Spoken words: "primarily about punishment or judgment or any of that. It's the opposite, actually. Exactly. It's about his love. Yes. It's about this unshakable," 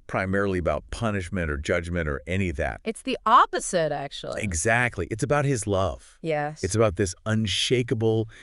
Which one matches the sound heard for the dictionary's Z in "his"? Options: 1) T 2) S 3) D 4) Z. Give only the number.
4